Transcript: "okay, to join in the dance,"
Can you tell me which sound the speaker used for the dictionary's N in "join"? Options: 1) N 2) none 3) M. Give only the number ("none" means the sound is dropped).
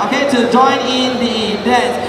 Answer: 1